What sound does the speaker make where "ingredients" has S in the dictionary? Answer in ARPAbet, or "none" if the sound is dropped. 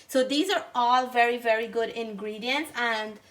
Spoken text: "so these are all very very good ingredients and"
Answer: S